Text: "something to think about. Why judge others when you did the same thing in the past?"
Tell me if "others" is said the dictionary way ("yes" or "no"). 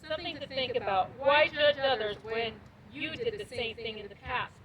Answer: yes